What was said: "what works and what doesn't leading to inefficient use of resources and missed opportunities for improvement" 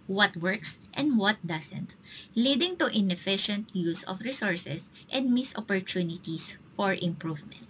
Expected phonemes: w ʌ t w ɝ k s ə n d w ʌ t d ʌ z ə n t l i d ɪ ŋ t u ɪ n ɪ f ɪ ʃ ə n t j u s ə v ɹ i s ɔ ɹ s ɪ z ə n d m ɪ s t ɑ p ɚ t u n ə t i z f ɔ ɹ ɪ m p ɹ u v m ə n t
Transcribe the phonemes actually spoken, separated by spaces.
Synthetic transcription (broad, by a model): w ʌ t w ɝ k s ə n d w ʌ t d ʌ s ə n t l i d ɪ ŋ t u ɪ n ɪ f ɪ ʃ ə n t j u s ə f ɹ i s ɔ ɹ s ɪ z ə n d m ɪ s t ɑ p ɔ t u n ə t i s f ɔ ɹ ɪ m p ɹ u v m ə n t